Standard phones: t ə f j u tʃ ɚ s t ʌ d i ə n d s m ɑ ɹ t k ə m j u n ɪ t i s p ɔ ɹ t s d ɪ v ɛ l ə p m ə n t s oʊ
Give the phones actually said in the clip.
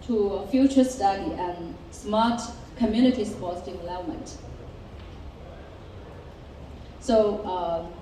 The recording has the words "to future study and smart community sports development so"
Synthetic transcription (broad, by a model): t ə f j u tʃ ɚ s t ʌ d i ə n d s m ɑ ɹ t k ə m j u n ɪ t i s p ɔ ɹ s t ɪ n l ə m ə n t s oʊ